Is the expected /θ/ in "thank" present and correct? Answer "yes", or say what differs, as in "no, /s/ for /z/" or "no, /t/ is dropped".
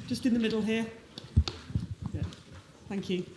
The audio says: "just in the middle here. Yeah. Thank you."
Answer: yes